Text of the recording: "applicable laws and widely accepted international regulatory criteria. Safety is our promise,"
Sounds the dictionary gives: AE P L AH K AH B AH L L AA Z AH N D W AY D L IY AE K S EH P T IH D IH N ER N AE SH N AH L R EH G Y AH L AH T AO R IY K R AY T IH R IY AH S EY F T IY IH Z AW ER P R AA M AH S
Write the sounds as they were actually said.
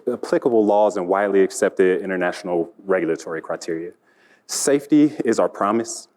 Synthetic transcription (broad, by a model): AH P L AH K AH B L L AA Z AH N W AY D L IY AE K S EH P T IH D IH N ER N AE SH N L R EH G Y L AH T AO R IY K R AY T IH R IY AH S EY F T IY IH Z AW ER P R AA M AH S